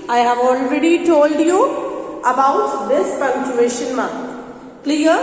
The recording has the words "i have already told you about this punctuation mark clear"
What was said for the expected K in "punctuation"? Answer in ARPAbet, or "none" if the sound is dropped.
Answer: none